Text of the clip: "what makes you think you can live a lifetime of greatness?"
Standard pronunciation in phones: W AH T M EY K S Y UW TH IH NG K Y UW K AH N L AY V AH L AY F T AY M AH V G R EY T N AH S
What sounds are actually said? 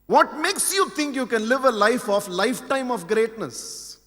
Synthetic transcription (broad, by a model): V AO T M EY K S Y UW T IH NG K Y UW K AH N L AY F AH L AY F T AY M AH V G R EY T N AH S